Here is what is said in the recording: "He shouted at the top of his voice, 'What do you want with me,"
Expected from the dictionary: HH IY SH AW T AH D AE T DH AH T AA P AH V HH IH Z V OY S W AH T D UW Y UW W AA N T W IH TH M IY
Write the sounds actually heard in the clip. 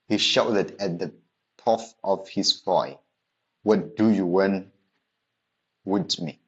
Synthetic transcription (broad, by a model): HH IY SH AW T AH D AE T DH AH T AA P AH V HH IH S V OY W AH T D UW Y UW W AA N W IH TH M IY